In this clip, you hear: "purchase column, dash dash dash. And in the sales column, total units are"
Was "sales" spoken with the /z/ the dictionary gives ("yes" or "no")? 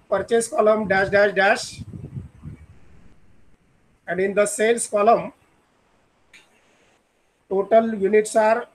no